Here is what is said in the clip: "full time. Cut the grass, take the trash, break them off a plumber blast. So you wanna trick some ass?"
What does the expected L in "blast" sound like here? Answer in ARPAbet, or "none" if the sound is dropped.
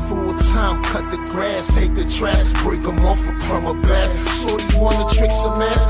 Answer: none